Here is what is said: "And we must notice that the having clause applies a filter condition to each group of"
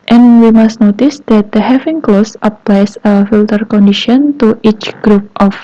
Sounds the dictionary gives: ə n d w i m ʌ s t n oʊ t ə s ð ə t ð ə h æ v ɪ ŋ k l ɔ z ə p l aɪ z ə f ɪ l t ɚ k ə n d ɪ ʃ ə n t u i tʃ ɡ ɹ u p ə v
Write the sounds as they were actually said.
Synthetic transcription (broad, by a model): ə n w i m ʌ s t n oʊ t ə s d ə t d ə h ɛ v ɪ ŋ k l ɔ s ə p l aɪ s ə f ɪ l t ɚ k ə n d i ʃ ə n t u i tʃ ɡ ɹ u p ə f